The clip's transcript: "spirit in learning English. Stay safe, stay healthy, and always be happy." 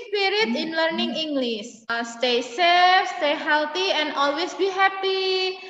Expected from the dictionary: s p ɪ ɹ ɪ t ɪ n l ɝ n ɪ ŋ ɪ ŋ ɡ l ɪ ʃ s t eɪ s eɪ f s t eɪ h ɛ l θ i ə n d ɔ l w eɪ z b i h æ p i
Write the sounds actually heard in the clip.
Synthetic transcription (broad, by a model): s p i ɹ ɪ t ɪ n l ɝ n ɪ ŋ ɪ ŋ ɡ l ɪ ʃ s t eɪ s eɪ f s t eɪ h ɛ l t i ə n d ɔ l w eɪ s b i h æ p i